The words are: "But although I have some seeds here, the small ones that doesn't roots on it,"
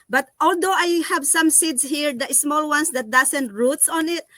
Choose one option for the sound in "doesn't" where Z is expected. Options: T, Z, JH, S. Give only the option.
S